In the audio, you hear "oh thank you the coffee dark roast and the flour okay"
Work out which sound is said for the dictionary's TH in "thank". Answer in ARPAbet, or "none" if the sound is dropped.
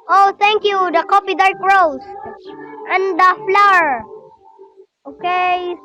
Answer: T